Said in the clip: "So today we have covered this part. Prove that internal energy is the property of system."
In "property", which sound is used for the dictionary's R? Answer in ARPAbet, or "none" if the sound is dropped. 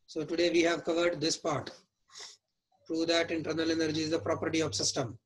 R